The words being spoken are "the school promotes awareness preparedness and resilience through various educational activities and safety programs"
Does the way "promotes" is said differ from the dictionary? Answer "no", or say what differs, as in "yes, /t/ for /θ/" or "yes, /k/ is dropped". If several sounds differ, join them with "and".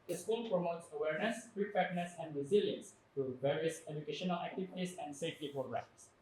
no